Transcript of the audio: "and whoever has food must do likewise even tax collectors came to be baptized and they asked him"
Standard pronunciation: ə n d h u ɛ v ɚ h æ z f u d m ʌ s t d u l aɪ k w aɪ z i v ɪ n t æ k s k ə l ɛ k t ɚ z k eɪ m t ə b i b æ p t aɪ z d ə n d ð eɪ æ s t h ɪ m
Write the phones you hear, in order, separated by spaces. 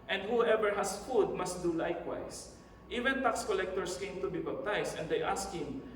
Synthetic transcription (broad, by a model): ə n d h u ɛ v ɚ h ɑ s f u d m ʌ s t d u l aɪ k w aɪ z i v ɪ n t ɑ k s k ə l ɛ k t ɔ s k eɪ m t ə b i b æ b t aɪ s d ə n d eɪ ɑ s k h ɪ m